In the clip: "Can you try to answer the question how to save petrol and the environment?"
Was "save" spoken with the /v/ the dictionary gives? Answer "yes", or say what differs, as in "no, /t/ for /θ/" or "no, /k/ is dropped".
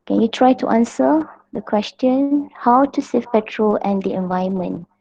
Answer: no, /f/ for /v/